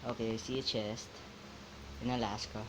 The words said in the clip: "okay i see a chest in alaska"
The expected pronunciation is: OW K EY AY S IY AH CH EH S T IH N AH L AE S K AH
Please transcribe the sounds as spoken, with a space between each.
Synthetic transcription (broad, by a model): OW K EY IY S IY AH CH EH S T IH N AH L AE S K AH